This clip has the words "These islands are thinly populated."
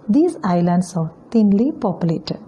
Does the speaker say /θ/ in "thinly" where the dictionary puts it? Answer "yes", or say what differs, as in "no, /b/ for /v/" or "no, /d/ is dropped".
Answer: no, /t/ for /θ/